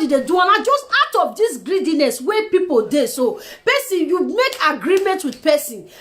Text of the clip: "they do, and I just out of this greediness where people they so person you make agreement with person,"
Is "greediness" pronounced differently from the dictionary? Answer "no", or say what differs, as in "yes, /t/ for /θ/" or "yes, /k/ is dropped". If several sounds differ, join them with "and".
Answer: no